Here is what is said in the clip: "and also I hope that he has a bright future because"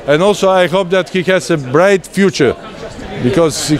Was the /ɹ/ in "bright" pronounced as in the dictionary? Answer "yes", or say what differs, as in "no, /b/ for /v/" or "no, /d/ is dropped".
yes